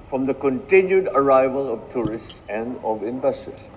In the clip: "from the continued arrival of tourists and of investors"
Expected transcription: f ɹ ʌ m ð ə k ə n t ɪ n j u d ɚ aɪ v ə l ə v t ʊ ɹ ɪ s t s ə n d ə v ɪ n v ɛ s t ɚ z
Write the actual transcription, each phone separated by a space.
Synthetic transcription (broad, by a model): f ɹ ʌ m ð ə k ə n t ɪ n j u d ɚ aɪ v ə l ə v t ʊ ɹ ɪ s t s ə n d ə v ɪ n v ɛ s t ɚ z